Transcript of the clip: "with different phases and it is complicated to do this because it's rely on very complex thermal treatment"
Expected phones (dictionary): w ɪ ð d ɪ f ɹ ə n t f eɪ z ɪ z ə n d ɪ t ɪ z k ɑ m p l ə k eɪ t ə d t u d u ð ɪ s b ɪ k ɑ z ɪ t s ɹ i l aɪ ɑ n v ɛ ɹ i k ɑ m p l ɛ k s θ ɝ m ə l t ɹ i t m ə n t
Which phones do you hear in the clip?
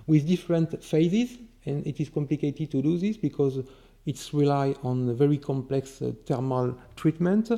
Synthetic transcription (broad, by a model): w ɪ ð d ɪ f ɹ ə n t f eɪ z ɪ z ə n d ɪ t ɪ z k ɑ m p l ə k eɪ t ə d t u d u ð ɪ s b ɪ k ɑ z ɪ t s ɹ i l aɪ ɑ n v ɛ ɹ i k ɑ m p l ɛ k s t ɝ m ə l t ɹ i t m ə n t